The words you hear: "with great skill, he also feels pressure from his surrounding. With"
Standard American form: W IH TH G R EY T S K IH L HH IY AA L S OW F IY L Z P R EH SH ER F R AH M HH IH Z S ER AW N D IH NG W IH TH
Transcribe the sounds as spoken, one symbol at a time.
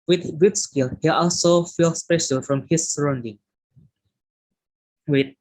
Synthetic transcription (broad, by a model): W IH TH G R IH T S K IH L HH IY AA L S OW F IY L S P EH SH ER F R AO M HH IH S ER AW N D IH NG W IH